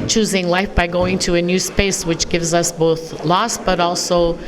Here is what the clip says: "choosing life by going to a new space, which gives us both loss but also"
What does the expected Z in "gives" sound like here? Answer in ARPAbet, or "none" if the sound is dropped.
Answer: Z